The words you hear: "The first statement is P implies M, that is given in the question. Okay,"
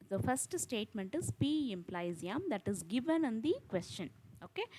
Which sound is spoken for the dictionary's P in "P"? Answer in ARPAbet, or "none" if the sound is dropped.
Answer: P